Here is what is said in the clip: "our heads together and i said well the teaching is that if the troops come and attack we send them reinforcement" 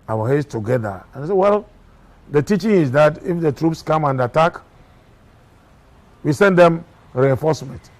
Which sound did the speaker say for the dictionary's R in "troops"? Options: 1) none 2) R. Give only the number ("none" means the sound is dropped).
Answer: 2